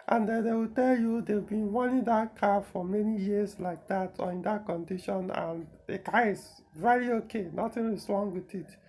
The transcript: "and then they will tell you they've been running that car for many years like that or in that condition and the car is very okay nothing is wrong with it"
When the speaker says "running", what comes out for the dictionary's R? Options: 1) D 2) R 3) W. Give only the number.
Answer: 3